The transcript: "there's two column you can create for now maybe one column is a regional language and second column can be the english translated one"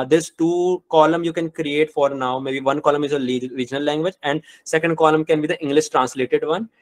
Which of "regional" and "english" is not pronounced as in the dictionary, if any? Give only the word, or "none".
regional